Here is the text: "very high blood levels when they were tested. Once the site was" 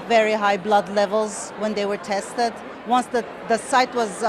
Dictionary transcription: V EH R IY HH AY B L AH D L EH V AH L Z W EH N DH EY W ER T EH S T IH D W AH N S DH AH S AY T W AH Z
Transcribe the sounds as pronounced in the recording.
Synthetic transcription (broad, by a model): V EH R IY HH AY B L AH D L EH V AH L Z W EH N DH EY W ER T EH S T IH D W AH N S DH AH S AY T W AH Z